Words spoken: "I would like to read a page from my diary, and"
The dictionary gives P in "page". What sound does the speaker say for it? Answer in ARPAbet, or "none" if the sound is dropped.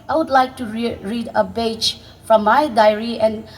B